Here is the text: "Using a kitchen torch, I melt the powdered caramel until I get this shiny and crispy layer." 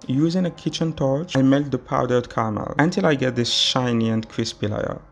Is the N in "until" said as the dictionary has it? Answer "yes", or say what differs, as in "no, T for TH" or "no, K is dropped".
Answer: yes